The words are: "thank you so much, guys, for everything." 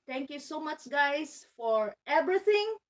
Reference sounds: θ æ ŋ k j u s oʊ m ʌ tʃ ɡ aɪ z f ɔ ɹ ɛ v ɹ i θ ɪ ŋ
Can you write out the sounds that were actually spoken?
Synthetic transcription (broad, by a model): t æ ŋ k j u s oʊ m ʌ tʃ ɡ aɪ s f ɔ ɹ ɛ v ɹ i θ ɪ ŋ